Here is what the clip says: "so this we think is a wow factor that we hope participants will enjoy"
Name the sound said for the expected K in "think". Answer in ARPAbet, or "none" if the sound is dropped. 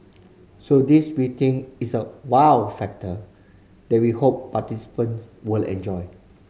none